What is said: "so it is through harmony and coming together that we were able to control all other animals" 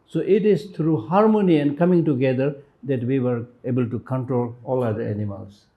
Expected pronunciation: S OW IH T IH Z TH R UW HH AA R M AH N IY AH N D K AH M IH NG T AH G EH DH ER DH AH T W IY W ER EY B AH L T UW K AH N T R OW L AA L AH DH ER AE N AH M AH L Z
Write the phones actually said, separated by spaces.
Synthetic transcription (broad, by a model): S OW IH T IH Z T R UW HH AA R M AH N IY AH N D K AH M IH NG T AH G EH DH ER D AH T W IY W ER EY B AH L T UW K AH N T R OW L AA L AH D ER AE N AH M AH L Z